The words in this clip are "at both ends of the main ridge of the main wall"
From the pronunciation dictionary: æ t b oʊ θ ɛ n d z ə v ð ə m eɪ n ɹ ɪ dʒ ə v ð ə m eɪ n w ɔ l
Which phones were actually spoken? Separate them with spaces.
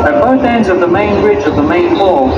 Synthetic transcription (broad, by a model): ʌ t b oʊ θ ɛ n d z ə v ð ə m eɪ n ɹ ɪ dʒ ə v ð ə m eɪ n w ɔ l